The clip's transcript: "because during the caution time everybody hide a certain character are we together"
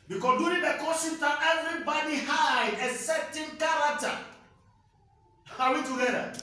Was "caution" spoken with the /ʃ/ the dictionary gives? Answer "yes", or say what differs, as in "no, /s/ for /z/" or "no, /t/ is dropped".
no, /s/ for /ʃ/